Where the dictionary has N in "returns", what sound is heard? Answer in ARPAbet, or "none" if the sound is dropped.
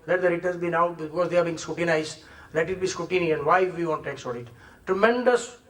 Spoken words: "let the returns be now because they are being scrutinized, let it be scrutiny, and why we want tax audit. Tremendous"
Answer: none